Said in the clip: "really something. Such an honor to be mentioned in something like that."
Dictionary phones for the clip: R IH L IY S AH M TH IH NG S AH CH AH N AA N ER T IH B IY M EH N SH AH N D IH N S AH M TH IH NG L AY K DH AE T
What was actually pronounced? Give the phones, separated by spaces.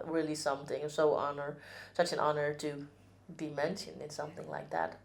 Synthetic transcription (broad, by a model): R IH L IY S AH M TH IH NG S AH CH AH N AA N ER T IH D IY M EH N SH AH N IH N S AH M TH IH NG L AY K DH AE T